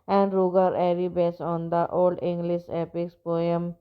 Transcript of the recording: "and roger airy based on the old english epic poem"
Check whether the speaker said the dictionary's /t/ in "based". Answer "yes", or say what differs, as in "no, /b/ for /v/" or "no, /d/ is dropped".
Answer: no, /t/ is dropped